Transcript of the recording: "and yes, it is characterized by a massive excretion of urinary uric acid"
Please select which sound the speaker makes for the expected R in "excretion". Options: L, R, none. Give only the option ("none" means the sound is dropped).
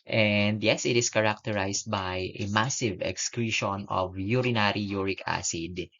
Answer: R